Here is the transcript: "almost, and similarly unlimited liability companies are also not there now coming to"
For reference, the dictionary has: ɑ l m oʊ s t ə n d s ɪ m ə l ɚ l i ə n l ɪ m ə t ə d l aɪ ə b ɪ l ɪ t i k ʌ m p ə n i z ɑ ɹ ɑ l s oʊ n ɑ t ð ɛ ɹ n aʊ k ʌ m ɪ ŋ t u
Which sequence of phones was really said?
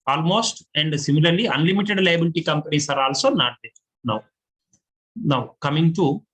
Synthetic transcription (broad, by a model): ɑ l m oʊ s t ə n d s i m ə l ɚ l i ə n l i m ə t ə d l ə b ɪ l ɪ t i k ʌ m p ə n i s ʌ ɹ ɑ l s oʊ n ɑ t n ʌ w n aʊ k ʌ m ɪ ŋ t u